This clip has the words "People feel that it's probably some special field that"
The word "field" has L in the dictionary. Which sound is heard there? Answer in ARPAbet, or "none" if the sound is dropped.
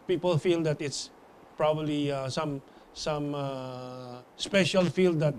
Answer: L